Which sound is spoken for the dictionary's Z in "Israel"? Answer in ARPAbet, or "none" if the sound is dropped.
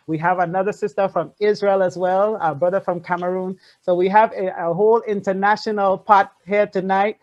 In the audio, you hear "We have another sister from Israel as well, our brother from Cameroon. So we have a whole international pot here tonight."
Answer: Z